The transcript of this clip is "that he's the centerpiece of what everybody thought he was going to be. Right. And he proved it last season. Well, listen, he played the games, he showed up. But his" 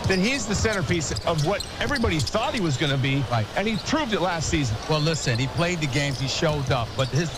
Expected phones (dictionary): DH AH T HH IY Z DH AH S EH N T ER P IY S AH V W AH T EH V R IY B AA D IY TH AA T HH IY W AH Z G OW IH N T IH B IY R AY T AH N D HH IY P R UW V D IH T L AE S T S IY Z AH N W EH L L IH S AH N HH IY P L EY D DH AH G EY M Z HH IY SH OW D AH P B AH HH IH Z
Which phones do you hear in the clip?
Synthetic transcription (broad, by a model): DH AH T HH IY Z DH AH S EH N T ER P IY S AH V W AH T EH V R IY B AA D IY TH AA T HH IY W AH Z G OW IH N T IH B IY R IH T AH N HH IY P R UW V D IH T L AE S T S IY Z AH N W EH L L IH S AH N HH IY P L EY D DH AH G EY M Z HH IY SH OW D AH P B AH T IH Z